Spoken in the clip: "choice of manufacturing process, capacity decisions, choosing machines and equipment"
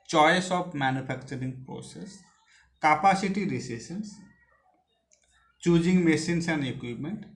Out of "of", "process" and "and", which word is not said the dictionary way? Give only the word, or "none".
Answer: of